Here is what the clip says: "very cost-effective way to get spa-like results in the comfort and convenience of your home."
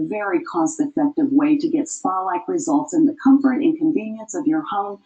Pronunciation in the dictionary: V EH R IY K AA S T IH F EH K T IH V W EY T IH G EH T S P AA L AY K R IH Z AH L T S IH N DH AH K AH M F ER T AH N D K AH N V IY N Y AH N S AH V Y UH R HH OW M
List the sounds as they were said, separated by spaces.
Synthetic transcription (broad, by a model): V EH R IY K AA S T IH F EH K T IH V W EY T IH G EH T S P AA L AY K R IH Z AH L T S IH N DH AH K AH M F ER T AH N K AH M V IY N Y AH N S AH V Y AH R HH OW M